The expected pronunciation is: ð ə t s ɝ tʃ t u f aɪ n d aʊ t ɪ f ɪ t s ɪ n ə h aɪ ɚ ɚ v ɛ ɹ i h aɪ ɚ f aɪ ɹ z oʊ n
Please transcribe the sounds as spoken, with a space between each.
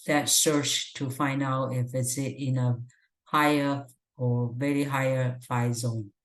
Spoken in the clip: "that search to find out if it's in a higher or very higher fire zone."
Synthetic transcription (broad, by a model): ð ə t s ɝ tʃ t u f aɪ n d aʊ t ɪ f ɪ t s ɪ n ə h aɪ ɚ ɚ v ɛ ɹ i h aɪ ɚ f aɪ z oʊ n